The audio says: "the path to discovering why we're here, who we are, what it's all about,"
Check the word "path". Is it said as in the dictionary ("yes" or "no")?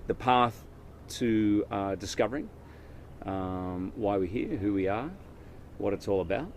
yes